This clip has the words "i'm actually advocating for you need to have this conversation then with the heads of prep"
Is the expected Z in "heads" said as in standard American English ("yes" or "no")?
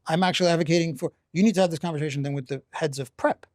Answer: yes